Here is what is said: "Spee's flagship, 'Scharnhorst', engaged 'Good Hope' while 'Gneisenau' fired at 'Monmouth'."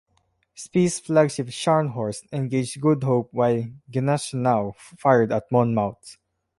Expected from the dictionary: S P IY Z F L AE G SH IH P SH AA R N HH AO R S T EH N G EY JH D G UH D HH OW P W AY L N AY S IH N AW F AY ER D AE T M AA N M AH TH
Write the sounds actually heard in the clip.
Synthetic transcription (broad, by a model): S P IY S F L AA G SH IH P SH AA R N HH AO R S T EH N G EY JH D G UH D HH OW P W AY L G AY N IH N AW F AY ER D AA T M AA N M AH S